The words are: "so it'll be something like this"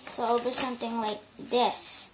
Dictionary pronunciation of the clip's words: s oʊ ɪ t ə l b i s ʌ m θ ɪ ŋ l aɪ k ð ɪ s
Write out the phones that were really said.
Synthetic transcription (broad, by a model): s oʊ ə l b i s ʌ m t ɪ ŋ l aɪ k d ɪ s